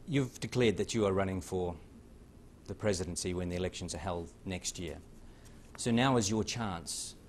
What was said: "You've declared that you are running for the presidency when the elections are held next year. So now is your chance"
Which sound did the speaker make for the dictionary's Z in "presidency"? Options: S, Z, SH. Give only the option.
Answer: Z